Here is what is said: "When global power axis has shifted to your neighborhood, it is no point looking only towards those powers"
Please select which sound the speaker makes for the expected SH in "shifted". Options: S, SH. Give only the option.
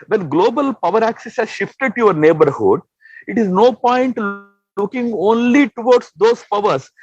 SH